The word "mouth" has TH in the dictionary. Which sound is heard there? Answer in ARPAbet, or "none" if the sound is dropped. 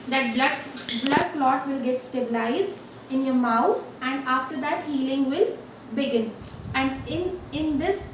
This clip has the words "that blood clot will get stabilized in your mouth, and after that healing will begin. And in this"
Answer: T